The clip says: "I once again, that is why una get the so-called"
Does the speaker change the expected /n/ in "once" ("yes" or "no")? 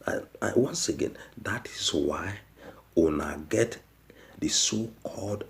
no